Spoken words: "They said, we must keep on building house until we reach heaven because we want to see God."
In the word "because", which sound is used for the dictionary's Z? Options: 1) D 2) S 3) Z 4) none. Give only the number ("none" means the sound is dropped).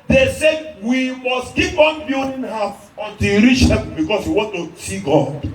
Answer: 2